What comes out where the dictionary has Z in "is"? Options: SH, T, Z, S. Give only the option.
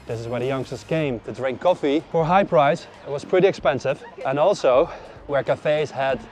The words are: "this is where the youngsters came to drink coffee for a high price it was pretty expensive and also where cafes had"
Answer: Z